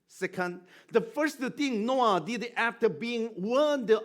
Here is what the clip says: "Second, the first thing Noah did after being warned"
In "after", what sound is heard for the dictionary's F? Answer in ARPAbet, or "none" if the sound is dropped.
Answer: F